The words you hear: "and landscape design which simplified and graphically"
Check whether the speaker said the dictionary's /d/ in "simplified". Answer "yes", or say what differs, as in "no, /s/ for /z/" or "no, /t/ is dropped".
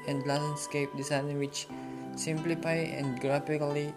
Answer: no, /d/ is dropped